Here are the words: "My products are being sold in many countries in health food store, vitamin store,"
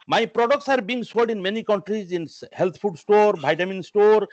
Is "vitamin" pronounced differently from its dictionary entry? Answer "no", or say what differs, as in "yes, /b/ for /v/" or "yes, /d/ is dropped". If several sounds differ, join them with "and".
yes, /b/ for /v/